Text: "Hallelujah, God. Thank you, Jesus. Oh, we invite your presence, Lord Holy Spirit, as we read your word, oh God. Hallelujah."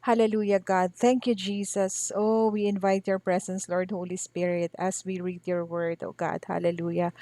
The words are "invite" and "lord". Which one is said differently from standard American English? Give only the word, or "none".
none